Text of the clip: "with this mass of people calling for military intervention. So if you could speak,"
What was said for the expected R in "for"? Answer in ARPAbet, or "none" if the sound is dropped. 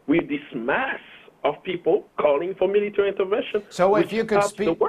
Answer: R